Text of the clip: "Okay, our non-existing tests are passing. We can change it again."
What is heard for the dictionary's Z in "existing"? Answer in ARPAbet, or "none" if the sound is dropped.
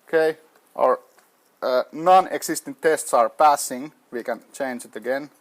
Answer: S